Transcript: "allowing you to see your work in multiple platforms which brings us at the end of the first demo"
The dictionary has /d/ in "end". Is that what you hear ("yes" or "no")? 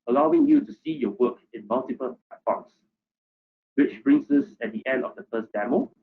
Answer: yes